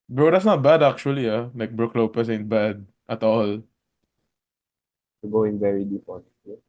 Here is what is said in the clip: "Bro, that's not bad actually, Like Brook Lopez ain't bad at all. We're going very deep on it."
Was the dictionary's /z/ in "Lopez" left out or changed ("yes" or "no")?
yes